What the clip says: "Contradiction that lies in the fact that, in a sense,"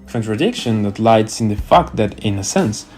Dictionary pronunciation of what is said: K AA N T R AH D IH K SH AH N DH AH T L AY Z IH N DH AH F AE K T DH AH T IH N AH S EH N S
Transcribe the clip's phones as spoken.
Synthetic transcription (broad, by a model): K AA N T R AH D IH K SH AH N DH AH T L AY S IH N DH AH F AE K T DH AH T IH N AH S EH N S